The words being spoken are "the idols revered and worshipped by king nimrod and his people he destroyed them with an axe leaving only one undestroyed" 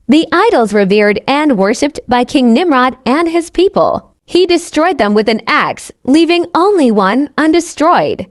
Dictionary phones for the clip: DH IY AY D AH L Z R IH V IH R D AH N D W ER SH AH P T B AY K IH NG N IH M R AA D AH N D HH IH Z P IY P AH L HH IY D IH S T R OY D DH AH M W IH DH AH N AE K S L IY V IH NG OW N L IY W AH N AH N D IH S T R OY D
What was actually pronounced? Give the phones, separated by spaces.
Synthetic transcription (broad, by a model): DH IY AY D L Z R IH V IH R D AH N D W ER SH AH P T B AY K IH NG N IH M R AA D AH N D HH IH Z P IY P AH L HH IY D IH S T R OY D DH AH M W IH DH AH N AE K S L IY V IH NG OW N L IY W AH N AH N D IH S T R OY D